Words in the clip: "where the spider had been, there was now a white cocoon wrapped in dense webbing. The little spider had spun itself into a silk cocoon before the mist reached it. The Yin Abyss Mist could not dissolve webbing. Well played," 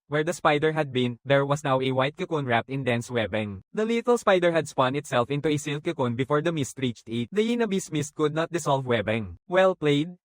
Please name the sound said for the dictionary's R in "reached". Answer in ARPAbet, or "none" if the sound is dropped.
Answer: R